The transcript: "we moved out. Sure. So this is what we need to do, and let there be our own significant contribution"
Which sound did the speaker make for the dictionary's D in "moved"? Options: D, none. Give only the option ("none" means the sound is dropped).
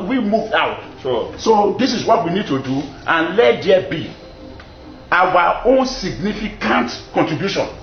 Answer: none